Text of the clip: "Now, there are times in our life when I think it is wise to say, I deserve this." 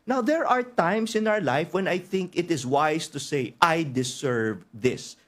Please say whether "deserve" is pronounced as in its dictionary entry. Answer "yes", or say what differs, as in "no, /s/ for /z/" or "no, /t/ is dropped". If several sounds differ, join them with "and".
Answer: no, /s/ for /z/